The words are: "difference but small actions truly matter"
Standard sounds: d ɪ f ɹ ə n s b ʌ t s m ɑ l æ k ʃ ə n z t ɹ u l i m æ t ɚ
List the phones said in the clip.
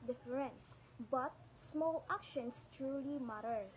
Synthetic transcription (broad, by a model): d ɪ f ɹ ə n s b ʌ t s m ɑ l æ k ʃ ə n s t ɹ u l i m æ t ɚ